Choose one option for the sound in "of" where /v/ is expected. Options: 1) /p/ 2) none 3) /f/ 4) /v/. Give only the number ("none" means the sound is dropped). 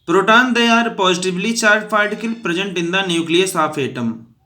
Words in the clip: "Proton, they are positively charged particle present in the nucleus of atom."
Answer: 1